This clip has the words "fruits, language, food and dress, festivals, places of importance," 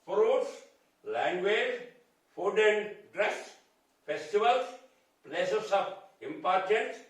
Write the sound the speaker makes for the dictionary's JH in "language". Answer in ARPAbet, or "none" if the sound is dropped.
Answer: Z